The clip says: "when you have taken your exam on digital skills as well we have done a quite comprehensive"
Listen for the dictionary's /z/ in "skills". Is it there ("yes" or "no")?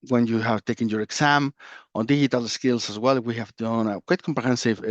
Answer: no